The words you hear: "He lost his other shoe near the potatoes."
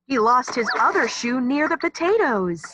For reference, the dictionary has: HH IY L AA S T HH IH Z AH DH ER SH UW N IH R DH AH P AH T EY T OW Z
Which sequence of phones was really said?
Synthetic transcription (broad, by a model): HH IY L AA S T HH IH Z AH DH ER SH UW N IH R DH AH P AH T EY T OW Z